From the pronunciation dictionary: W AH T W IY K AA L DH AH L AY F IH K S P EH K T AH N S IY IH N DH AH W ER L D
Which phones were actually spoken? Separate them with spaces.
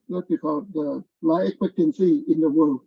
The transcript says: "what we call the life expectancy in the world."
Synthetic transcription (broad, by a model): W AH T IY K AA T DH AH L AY IH K S P EH K T AH N S IY IH N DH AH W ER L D